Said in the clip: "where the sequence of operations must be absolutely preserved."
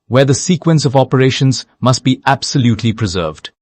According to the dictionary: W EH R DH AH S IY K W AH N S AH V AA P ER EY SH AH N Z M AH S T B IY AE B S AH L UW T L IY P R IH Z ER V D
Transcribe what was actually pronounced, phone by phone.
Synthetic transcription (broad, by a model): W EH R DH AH S IY K W AH N S AH V AA P ER EY SH AH N Z M AH S T B IY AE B S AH L UW T L IY P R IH Z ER V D